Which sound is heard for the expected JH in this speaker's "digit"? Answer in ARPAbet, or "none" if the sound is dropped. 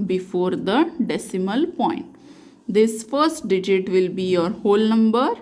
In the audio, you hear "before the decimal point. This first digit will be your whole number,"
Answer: JH